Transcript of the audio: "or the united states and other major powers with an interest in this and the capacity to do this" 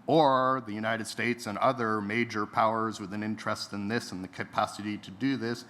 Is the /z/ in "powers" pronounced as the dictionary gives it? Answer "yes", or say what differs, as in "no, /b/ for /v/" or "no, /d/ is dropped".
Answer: yes